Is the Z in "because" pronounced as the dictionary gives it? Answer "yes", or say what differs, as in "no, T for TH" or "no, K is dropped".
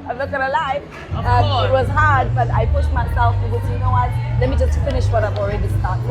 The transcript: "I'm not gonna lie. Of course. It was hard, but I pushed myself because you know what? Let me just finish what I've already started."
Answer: no, Z is dropped